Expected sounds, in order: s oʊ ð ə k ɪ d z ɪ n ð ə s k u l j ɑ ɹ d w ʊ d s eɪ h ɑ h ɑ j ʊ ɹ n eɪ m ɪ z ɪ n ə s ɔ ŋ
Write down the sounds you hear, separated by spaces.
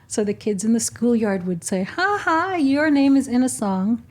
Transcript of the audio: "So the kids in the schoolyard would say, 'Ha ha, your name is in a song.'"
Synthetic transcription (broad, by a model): s oʊ ð ə k ɪ d z ɪ n ð ə s k u l j ɑ ɹ d w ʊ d s eɪ h ɑ h ɑ j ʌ ɹ n eɪ m ɪ z ɪ n ə s ɔ ŋ